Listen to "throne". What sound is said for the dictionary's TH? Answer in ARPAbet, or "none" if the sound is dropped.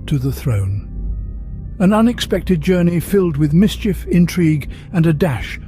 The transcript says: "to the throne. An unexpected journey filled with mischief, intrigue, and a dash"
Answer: TH